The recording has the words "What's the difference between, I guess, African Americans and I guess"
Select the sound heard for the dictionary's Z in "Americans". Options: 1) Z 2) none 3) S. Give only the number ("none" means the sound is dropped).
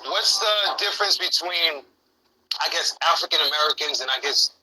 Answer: 1